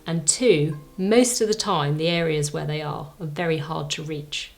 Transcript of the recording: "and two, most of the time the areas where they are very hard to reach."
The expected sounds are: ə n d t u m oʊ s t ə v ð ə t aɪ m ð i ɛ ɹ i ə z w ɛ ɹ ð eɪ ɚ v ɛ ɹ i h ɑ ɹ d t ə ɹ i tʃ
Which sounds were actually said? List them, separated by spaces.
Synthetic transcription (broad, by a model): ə n t u m oʊ s t ə v ð ə t aɪ m ð i ɛ ɹ i ə z w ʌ ɹ ð eɪ ɚ v ɛ ɹ i h ɑ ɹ d t ə ɹ i tʃ